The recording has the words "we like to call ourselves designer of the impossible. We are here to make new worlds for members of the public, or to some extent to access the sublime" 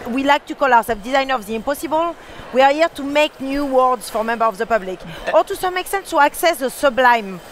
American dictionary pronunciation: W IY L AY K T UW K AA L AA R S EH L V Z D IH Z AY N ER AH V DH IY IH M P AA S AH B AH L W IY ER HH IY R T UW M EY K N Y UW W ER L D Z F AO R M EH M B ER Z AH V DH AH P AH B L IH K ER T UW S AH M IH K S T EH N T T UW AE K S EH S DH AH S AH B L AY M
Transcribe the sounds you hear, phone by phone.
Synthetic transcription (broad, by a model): W IY L AY K T UW K AA L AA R S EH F D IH Z AY N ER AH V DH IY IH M P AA S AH B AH L W IY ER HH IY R T UW M EY K N Y UW W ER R D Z F AO R M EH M B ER AH V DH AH P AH B L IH K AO T UW S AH M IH K S T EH N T T UW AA K S EH S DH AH S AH B L AY M